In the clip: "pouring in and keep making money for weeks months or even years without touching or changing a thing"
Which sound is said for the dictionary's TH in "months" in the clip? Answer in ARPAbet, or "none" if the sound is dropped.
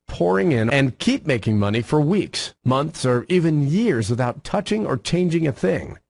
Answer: TH